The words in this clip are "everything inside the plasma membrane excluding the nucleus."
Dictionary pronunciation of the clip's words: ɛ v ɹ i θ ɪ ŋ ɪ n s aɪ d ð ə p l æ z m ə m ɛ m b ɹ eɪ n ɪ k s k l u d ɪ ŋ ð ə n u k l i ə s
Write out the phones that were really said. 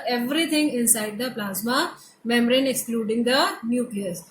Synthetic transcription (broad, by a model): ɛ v ɹ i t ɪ ŋ ɪ n s aɪ d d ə p l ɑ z m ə m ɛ m ɹ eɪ n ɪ k s k l u d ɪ ŋ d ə n u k l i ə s